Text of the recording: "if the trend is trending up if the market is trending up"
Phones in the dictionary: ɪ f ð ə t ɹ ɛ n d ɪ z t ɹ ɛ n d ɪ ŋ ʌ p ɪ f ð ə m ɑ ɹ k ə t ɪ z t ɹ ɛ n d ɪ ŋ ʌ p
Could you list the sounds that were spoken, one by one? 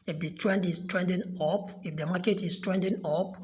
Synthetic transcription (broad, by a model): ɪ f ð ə t ɹ ɛ n d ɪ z t ɹ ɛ n d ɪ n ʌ p ɪ f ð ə m ɑ k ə t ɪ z t ɹ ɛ n d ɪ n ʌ p